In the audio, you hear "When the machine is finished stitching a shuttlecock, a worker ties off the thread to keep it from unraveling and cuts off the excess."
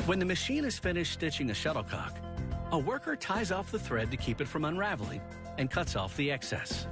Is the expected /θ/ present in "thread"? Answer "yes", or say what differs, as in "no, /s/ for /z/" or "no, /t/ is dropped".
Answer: yes